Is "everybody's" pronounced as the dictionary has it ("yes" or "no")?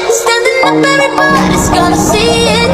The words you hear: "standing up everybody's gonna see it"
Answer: no